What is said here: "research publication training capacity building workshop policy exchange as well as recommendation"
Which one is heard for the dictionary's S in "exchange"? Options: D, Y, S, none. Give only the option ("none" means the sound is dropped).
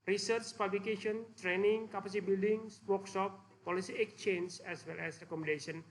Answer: none